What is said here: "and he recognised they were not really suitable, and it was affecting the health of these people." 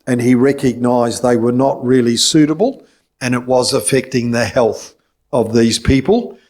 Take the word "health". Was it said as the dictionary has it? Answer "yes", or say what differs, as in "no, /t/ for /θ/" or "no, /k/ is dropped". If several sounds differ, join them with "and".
yes